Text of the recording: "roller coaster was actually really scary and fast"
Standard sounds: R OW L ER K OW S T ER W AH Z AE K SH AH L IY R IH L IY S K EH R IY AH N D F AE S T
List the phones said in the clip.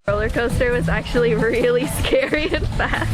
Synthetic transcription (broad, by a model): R OW L ER K OW S T ER W AH Z AE K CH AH L IY R IH L IY S K EH R IY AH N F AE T